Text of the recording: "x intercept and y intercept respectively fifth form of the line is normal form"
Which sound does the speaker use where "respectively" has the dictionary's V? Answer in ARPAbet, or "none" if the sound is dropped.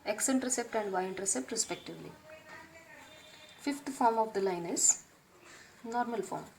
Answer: V